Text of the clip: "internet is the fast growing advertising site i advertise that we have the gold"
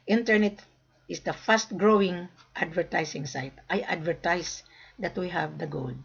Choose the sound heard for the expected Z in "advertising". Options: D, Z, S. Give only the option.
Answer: S